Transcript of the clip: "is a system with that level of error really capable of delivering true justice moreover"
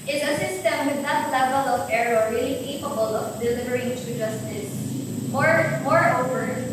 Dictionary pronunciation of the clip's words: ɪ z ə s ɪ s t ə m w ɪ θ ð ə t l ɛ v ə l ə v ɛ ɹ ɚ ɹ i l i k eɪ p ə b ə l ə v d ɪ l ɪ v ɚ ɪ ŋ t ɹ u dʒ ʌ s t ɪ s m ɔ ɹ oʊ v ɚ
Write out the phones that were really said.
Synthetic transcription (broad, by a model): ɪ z ə s ɪ s t ə m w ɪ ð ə t l ɛ v ə l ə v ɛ ɹ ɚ ɹ i l i k eɪ p ə b ə l ə v d ɪ l ɪ v ɚ ɪ ŋ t u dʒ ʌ s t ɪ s m ɔ ɹ oʊ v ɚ